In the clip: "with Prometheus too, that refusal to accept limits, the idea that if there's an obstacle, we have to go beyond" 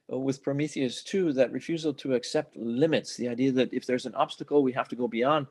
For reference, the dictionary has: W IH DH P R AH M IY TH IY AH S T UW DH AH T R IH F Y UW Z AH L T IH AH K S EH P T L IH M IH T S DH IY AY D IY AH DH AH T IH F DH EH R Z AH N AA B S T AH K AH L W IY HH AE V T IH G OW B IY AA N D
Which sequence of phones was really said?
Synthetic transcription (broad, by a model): W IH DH P R AH M IY TH IY AH S T UW DH AH T R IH F Y UW Z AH L T IH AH K S EH P T L IH M IH T S DH IY AY D IY AH DH AH T IH F DH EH R Z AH N AA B S T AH K L W IY HH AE F T IH G OW B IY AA N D